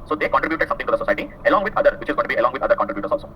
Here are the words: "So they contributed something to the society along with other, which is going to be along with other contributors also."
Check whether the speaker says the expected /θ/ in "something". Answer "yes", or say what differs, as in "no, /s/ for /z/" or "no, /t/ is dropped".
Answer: no, /t/ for /θ/